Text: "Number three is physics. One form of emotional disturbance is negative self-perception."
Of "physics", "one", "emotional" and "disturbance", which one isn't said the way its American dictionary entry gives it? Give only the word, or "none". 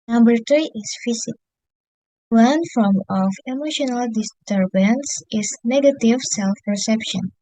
physics